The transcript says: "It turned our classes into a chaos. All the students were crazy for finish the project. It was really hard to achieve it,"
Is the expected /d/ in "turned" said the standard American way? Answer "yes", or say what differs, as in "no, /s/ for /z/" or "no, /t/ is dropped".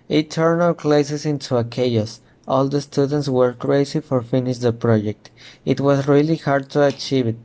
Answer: no, /d/ is dropped